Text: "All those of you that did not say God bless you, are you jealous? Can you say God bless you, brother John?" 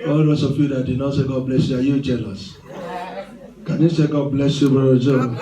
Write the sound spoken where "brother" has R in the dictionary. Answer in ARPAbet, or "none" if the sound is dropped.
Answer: none